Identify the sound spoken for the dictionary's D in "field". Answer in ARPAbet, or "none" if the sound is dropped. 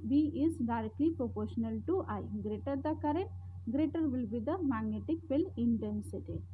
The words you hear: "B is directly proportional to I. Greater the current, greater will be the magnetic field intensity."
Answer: none